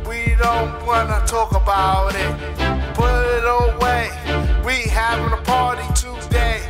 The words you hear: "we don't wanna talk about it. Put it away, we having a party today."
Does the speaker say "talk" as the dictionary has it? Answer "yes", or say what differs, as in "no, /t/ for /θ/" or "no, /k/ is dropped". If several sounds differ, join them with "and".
yes